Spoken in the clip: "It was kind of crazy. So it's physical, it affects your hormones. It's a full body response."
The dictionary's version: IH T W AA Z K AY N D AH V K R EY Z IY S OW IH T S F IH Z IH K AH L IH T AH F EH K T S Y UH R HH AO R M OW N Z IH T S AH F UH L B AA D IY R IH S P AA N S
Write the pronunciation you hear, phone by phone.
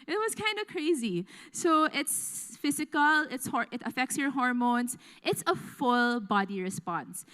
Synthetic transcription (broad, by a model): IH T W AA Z K AY N D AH K R EY Z IY S OW IH T S F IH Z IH K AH L IH T AH F EH K T S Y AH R HH AO R M OW N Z IH T S AH F UH L B AA D IY R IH S P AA N S